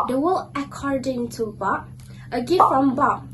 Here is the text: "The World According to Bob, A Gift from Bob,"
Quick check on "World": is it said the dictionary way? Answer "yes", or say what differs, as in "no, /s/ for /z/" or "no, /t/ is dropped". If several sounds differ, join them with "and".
no, /d/ is dropped